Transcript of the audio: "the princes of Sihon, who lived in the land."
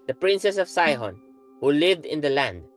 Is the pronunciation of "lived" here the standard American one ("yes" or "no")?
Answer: yes